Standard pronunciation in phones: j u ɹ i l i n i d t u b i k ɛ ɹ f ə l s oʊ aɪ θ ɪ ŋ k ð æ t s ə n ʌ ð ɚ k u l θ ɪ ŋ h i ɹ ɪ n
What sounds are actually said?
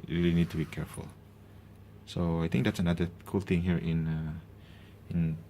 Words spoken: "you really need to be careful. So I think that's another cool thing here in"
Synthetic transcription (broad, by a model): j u ɹ i l i n i d t u b i k ɛ ɹ f ə l s oʊ aɪ t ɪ ŋ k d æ t s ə n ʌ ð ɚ k u l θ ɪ ŋ h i ɹ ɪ n